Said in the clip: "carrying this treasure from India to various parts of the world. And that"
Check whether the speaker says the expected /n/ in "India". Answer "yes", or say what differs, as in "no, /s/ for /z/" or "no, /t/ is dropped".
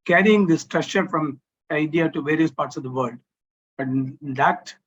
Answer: no, /n/ is dropped